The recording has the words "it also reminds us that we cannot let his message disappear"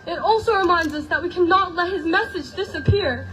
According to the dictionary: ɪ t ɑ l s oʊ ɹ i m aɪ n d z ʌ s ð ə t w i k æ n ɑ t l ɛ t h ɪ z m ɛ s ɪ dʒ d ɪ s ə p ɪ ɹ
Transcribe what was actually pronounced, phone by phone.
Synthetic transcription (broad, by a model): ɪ t ɑ l s oʊ ɹ i m aɪ n d z ʌ s ð ə t w i k æ n ɑ t l ɛ t h ɪ z m ɛ s ɪ dʒ d ɪ s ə p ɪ ɹ